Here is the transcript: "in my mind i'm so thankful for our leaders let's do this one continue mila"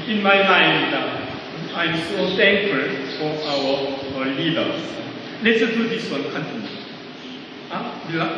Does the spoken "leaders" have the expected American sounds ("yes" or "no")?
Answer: no